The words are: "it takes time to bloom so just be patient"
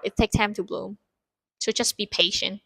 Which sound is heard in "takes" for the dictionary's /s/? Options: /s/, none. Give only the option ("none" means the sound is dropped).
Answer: none